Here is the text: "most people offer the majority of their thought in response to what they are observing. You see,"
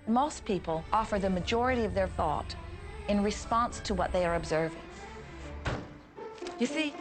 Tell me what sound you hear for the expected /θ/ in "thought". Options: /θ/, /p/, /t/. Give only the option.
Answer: /θ/